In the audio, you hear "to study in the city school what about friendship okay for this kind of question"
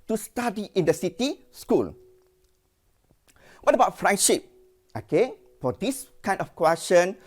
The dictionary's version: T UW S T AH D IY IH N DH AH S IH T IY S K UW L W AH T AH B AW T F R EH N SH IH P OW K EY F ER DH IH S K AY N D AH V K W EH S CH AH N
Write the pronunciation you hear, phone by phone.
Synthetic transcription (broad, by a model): T UW S T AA D IY IH N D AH S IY T IY S K UW L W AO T AH B AW T F R EH N SH IH P OW K EY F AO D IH S K AY N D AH F K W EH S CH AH N